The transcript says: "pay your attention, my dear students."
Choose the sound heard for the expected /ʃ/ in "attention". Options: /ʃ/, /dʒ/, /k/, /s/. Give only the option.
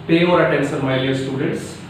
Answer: /s/